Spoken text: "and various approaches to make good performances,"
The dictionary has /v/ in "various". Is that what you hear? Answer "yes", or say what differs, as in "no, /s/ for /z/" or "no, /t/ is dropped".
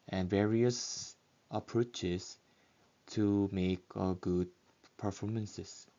yes